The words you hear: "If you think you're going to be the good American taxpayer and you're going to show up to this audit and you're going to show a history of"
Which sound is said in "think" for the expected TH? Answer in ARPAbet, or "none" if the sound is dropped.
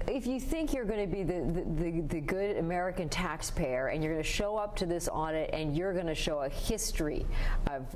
TH